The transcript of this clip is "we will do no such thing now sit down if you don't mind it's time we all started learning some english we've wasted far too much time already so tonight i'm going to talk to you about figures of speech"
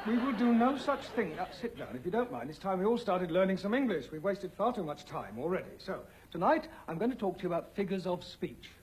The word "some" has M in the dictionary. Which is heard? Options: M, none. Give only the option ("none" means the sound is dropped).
M